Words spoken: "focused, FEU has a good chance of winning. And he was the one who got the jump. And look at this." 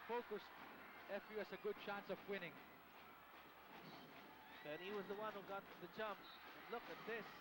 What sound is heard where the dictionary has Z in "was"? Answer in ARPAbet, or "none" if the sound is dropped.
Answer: Z